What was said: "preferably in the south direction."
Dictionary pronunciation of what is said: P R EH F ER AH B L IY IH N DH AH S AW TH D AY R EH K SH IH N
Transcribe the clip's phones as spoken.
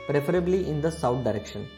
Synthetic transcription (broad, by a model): P R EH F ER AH B L IY IH N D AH S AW T D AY R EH K SH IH N